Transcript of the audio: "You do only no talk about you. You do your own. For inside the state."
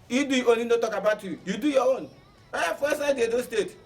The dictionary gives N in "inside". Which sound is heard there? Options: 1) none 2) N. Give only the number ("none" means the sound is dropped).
1